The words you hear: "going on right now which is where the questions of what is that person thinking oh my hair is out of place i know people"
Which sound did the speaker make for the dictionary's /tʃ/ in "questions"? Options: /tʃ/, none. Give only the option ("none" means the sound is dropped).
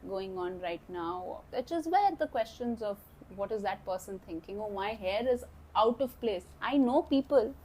/tʃ/